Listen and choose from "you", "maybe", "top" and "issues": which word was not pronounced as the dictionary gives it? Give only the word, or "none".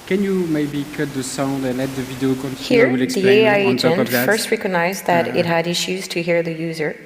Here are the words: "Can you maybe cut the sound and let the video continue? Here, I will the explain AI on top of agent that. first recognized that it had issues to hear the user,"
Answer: top